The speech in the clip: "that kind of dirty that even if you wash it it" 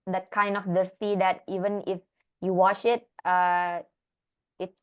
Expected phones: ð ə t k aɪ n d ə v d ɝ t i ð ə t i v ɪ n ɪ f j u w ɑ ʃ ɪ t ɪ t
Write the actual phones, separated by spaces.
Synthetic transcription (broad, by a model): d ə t k aɪ n d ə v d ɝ s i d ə t i v ɪ n ɪ f j u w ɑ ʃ ɪ t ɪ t